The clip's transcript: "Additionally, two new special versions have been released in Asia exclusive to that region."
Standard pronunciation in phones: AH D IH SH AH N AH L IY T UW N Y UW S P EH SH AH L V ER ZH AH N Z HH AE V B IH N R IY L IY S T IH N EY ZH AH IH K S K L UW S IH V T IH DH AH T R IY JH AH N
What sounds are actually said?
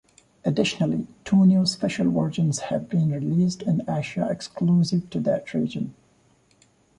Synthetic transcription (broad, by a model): AH D IH SH AH N AH L IY T UW N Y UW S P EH SH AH L W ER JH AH N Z HH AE V B IH N R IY L IY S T IH N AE SH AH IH K S K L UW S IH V T IH DH AH T R IY JH AH N